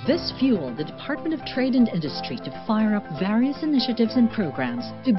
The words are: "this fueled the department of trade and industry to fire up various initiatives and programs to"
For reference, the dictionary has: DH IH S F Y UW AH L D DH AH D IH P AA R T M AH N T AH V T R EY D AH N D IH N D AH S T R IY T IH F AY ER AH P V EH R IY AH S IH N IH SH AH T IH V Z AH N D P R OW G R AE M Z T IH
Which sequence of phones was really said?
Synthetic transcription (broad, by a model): DH IH S F Y UW L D DH AH D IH P AA R T M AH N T AH V T R EY D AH N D IH N D AH S T R IY T IH F AY ER AH P V EH R IY AH S IH N IH SH AH T IH V Z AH N P R OW G R AE M Z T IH